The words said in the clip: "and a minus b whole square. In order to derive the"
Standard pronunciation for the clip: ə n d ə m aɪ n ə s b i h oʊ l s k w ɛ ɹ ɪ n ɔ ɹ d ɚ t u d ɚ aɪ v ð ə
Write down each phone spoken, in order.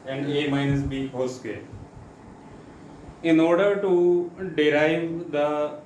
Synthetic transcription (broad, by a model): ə n d ə m aɪ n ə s b i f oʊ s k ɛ l ɪ n ɔ ɹ d ɚ t u d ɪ aɪ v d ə